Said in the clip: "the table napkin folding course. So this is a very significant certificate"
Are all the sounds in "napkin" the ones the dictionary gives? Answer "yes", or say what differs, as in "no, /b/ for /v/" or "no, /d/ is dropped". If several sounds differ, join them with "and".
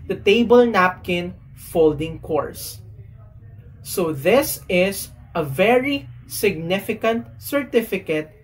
yes